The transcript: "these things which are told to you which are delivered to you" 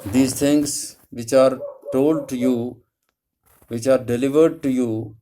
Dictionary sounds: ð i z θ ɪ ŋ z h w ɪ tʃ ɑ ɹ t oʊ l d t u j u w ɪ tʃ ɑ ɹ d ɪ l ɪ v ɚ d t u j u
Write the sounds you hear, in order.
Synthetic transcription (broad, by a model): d i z t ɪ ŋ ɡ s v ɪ tʃ ɑ ɹ t oʊ l d t u j u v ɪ tʃ ɑ ɹ d ɪ l ɪ v ɚ d t u j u